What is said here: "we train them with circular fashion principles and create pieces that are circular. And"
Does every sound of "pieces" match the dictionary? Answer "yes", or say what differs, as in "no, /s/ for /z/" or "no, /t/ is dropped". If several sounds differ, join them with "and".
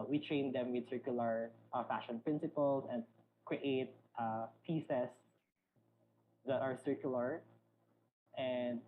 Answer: no, /s/ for /z/